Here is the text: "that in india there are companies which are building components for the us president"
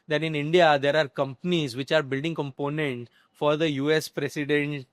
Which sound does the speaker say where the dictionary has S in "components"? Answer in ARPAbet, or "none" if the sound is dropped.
none